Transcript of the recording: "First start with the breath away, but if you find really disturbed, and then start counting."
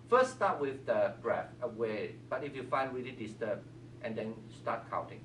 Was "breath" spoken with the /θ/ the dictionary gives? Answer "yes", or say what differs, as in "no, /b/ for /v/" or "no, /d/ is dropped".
no, /f/ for /θ/